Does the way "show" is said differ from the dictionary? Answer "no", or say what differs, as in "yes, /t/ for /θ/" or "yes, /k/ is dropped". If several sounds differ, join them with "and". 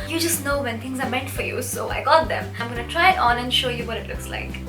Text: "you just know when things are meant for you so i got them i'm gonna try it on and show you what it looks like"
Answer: no